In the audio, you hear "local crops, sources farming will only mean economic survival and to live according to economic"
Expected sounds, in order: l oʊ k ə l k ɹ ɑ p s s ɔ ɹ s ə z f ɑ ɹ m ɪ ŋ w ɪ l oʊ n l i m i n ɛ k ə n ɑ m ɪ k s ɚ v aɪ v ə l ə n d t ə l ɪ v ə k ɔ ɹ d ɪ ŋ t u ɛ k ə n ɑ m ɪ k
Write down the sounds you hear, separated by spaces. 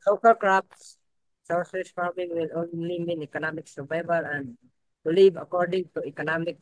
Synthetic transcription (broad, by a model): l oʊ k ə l k ɹ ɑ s s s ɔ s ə s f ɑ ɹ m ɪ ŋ w ɪ l oʊ n l i m i n ɛ k ə n ɑ m ɪ k s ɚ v aɪ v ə l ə n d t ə l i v ə k ɔ ɹ d ɪ ŋ t u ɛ k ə n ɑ m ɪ k